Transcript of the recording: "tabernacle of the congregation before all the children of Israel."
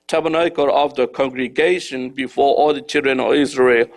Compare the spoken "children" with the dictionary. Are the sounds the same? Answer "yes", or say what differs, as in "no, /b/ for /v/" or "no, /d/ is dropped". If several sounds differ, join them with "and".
yes